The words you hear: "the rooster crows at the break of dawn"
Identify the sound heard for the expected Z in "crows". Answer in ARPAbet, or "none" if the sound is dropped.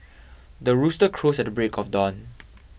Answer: S